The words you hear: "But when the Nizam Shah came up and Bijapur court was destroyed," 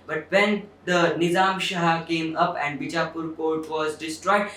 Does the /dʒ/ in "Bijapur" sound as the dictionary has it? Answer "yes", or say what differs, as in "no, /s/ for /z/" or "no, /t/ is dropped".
no, /tʃ/ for /dʒ/